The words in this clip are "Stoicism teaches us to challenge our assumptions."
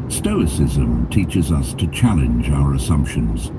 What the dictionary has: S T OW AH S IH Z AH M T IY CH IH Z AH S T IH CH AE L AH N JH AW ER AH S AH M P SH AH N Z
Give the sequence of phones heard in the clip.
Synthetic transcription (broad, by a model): S T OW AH S IH Z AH M T IY CH IH Z AH S T IH CH AE L AH N JH AW ER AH S AH M P SH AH N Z